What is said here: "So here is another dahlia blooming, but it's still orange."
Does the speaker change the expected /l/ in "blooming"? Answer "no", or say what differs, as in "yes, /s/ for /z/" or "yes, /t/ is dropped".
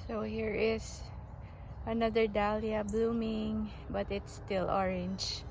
no